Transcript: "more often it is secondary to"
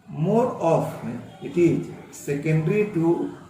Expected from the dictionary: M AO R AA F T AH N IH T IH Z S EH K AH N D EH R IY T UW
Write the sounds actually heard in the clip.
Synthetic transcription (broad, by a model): M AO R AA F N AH IH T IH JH S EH K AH N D R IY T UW